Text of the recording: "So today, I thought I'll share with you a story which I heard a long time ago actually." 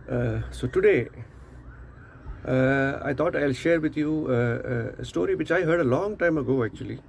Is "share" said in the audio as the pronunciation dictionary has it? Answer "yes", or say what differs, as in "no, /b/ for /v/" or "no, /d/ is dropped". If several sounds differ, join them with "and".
yes